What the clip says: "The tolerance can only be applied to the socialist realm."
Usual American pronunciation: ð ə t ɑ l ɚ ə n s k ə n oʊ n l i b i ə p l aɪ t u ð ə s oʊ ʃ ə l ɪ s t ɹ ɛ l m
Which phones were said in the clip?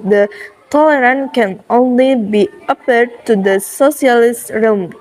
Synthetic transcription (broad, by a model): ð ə t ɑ l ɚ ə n k ə n oʊ n l i b i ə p ʌ t u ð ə s oʊ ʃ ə l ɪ s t ɹ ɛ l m